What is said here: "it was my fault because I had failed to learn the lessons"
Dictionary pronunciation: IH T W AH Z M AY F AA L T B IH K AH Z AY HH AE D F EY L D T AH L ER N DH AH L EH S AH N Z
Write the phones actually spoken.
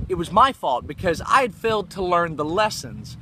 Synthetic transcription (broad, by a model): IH T W AH Z M AY F AA L T B IH K AH Z AY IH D F EY L D T AH L ER N DH AH L EH S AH N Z